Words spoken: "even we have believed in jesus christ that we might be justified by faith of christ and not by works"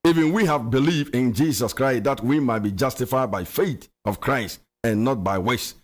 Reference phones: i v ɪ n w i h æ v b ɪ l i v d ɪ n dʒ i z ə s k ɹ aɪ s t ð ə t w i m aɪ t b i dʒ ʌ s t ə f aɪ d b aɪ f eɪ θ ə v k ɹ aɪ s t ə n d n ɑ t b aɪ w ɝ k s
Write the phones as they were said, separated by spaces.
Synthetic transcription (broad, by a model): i v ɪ n w i h æ v b ɪ l i v d ɪ n dʒ i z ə s k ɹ aɪ s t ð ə t w i m aɪ t b i dʒ ʌ s t ə f aɪ d b aɪ f eɪ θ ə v k ɹ aɪ s t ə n n ɑ t b aɪ w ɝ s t